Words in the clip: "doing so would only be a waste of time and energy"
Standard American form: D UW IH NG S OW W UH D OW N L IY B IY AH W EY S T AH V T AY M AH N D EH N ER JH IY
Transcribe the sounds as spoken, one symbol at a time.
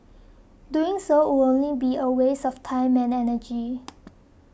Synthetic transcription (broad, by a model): D UW IH NG S OW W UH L OW N L IY B IY AH W EY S AH F T AY M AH N EH N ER JH IY